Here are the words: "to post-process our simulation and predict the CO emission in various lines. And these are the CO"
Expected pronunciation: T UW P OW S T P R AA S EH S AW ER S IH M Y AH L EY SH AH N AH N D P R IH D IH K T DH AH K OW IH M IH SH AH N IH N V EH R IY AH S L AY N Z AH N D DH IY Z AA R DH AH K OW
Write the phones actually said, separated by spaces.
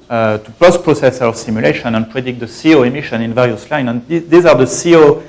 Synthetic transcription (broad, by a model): T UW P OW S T P R AA S EH S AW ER S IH M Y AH L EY SH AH N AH N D P R IH D IH K T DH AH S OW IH M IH SH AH N IH N V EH R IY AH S L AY N AH N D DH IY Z AA R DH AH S OW